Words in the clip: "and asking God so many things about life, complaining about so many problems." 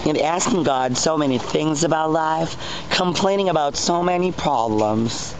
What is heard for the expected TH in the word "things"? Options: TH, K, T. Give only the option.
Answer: TH